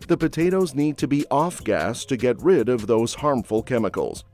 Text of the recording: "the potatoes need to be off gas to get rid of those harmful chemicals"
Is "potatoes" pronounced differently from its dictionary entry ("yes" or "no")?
no